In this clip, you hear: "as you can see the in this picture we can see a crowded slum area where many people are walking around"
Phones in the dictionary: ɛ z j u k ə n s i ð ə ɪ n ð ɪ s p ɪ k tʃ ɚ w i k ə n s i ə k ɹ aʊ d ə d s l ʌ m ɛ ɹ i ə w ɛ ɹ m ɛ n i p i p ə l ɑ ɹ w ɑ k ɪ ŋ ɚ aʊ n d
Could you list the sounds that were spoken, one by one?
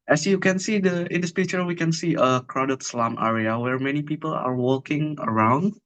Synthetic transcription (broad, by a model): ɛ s j u k ə n s i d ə ɪ n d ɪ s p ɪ tʃ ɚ w i k ə n s i ə k ɹ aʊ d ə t s l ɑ m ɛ ɹ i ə w ɛ ɹ m ɛ n i p i p ə l ɑ ɹ w ɑ k ɪ ŋ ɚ aʊ n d